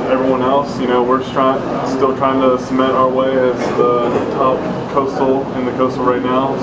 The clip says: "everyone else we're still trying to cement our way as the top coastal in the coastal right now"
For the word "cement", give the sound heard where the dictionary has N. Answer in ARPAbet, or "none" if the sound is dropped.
none